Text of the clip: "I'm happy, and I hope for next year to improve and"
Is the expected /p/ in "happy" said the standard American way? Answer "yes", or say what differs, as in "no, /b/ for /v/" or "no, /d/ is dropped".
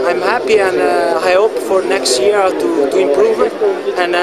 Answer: yes